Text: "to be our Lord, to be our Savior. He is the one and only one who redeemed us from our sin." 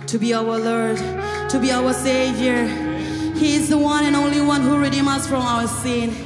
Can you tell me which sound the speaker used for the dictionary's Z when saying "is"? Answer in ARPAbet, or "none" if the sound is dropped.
Z